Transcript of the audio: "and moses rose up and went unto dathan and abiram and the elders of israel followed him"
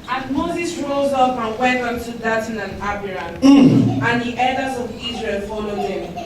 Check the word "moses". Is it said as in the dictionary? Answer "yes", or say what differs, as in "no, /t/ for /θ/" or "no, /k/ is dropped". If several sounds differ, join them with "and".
yes